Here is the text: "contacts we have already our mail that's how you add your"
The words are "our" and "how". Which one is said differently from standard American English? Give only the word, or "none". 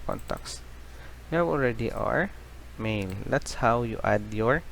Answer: none